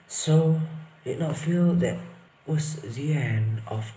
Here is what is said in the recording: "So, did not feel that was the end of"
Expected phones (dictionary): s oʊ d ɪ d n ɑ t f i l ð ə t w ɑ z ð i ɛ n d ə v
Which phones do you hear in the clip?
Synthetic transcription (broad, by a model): s oʊ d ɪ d n ɑ t f i l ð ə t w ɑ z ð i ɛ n ə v